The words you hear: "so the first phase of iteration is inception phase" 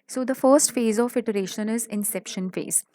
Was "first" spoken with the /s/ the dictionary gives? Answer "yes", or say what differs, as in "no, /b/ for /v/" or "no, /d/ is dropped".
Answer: yes